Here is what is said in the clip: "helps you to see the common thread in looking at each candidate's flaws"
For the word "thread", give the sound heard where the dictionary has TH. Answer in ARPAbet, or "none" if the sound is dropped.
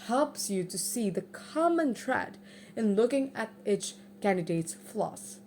T